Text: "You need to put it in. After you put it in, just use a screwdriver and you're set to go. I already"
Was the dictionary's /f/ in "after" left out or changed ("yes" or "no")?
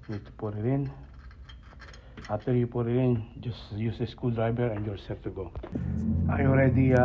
yes